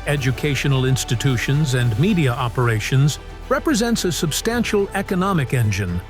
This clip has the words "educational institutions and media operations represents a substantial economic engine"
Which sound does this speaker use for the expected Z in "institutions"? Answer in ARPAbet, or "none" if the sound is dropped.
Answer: Z